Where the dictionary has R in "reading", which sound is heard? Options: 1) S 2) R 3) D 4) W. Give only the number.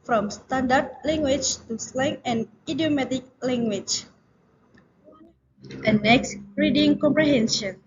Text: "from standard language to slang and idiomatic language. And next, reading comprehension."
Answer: 2